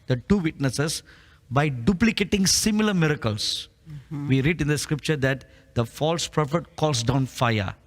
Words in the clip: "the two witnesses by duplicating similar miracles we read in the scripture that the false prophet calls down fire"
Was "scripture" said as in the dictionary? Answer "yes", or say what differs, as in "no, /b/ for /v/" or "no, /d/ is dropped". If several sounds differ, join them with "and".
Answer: yes